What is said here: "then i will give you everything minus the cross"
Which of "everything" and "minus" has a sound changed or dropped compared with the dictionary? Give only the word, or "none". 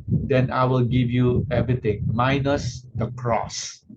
everything